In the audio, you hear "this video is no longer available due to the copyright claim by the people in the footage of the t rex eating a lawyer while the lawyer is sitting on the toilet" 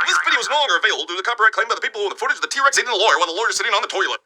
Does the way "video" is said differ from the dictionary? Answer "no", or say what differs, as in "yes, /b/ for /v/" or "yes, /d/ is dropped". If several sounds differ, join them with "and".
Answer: yes, /b/ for /v/